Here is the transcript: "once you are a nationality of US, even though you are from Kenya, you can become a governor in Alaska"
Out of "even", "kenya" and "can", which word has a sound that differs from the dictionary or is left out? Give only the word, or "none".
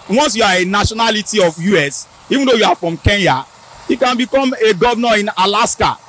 none